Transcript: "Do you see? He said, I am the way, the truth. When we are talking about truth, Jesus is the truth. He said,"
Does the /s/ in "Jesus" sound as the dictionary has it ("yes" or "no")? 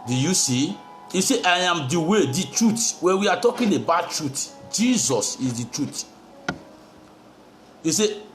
yes